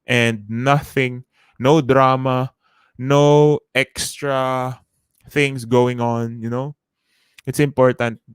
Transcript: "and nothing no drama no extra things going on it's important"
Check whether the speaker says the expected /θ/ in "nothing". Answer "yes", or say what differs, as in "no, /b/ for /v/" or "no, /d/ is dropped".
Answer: yes